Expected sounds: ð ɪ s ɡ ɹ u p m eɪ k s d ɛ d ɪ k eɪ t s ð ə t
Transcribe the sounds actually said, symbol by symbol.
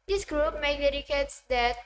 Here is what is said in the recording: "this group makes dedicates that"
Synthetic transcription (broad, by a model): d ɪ s ɡ ɹ u p m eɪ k d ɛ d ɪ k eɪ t s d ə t